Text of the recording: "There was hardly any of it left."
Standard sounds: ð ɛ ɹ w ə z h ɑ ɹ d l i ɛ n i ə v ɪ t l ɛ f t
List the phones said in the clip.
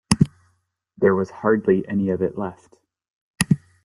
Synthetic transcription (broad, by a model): ð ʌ ɹ w ə z h ɑ ɹ d l i ɛ n i ə v ɪ t l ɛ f t